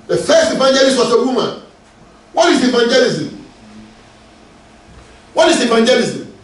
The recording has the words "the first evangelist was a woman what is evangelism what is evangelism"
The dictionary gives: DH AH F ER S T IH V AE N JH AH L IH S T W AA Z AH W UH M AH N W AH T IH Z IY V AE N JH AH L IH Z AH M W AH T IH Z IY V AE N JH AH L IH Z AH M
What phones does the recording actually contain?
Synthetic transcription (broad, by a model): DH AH F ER S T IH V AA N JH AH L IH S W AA S AH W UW M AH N W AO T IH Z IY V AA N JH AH L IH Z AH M W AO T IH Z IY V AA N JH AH L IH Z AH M